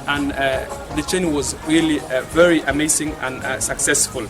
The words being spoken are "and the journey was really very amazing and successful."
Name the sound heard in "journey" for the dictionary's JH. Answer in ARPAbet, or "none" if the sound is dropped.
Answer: CH